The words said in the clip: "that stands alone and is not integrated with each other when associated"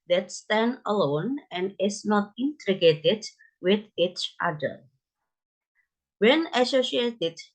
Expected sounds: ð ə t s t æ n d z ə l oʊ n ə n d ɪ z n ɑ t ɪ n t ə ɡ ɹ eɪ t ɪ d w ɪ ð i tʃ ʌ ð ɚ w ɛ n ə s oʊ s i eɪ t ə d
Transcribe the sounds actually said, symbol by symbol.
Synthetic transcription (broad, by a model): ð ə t s t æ n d ə l oʊ n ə n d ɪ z n ɑ t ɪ n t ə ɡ eɪ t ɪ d w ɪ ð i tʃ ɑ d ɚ w ɛ n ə s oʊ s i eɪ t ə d